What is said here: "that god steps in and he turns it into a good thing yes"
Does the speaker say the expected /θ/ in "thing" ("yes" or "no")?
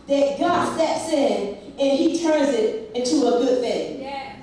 yes